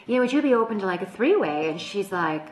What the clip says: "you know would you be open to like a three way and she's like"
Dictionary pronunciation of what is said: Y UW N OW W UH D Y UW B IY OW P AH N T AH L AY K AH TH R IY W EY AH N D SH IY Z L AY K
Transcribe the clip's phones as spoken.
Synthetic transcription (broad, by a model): Y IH N OW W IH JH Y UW B IY OW P AH N T AH L AY K AH TH R IY W EY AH N SH IY Z L AY K